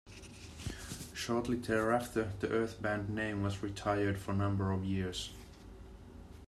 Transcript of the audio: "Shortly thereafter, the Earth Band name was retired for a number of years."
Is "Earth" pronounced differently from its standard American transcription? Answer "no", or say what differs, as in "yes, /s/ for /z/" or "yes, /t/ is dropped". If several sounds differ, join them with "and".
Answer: no